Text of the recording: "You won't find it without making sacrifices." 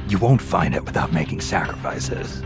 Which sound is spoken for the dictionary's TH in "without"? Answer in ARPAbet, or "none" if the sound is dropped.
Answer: TH